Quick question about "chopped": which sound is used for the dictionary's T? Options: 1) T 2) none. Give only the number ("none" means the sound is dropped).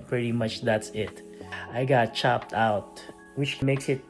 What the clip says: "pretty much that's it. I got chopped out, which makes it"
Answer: 1